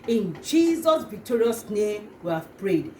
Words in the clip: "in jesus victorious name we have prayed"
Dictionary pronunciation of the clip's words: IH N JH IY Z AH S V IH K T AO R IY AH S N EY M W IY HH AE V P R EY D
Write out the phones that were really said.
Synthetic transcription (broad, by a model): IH N JH IY Z AH S V IH K T AO R IY AH S N EY M W IY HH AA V P R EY D